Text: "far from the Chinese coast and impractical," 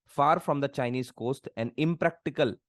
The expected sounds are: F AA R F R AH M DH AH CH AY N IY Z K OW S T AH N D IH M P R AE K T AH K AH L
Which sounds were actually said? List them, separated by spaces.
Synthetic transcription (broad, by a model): F AA R F R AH M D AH CH AY N IY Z K OW S T AH N D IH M P R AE K T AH K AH L